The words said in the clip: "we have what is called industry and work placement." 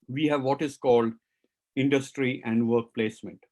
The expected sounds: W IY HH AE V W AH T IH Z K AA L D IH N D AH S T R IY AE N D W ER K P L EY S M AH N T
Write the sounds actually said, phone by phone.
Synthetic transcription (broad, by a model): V IY HH AE V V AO T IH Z K AA L D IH N D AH S T R IY AE N D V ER K P L EY S M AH N T